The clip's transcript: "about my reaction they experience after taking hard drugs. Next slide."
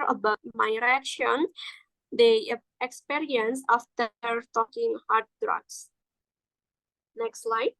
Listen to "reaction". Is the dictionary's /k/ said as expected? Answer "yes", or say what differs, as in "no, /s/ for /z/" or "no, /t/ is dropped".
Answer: yes